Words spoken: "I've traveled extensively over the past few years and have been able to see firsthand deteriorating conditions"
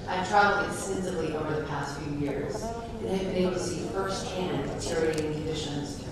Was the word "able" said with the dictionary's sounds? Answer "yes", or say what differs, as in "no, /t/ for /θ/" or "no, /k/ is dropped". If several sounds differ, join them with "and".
no, /b/ is dropped